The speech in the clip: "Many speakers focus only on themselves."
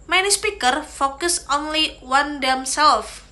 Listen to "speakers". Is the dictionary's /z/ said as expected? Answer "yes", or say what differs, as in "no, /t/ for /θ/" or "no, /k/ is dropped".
no, /z/ is dropped